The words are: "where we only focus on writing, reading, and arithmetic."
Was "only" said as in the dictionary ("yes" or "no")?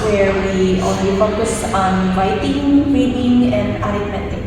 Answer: no